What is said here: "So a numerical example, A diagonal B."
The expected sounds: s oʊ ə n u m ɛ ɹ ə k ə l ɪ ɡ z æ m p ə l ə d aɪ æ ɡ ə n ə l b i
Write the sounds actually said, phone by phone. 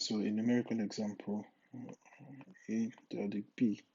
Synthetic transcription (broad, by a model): s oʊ ə n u m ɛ ɹ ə k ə n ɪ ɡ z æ m p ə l ə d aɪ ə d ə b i